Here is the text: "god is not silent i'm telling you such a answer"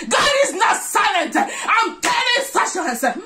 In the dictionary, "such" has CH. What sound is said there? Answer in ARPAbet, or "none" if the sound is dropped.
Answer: SH